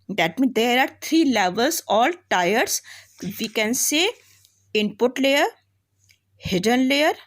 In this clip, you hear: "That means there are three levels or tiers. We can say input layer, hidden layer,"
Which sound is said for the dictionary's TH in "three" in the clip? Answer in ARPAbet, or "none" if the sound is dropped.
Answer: T